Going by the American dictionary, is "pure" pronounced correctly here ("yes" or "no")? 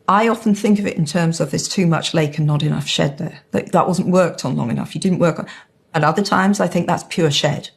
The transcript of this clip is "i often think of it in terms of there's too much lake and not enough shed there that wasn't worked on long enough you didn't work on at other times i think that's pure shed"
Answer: yes